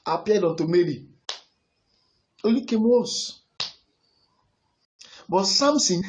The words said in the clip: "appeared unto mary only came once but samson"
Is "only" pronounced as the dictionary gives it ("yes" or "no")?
no